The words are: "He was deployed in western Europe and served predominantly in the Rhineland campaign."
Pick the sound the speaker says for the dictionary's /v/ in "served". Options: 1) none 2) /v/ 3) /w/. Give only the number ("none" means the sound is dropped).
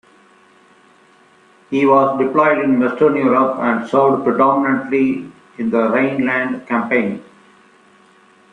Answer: 1